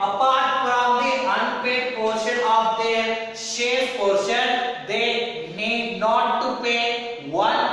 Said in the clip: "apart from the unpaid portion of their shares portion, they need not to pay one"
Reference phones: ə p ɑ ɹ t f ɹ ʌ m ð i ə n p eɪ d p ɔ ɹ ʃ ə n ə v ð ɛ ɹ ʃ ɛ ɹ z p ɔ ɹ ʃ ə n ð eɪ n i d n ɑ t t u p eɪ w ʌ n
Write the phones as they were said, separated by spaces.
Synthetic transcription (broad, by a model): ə p ɑ ɹ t p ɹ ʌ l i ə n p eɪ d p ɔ ɹ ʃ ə n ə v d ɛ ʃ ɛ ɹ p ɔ ɹ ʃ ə n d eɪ n i d n ɑ t t u p eɪ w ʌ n